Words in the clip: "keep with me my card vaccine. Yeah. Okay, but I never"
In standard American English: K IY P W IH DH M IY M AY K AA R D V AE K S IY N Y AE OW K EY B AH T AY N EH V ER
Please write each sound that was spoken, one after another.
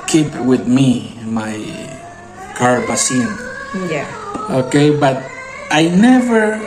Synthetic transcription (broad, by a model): K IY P W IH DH M IY M AY K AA R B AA S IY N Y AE OW K EY B AH T AY N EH V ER